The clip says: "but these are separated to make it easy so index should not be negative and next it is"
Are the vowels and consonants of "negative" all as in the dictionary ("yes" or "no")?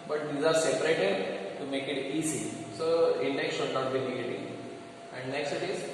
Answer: no